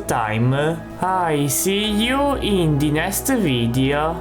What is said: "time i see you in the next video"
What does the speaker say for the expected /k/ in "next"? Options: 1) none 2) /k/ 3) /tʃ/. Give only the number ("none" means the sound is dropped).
1